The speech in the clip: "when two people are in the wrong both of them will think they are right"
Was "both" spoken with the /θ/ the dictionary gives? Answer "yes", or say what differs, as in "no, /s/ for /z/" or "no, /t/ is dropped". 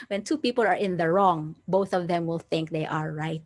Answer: yes